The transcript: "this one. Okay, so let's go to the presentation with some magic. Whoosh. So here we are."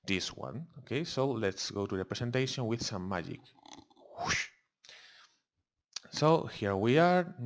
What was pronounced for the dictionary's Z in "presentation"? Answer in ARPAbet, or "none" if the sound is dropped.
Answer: S